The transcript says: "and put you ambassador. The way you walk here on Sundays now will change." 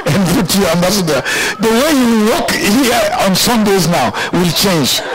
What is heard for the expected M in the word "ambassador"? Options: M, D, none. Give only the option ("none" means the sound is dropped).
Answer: M